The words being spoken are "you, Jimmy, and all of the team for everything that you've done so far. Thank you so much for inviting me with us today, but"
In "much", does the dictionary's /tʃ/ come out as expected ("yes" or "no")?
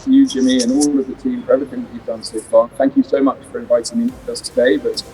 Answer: yes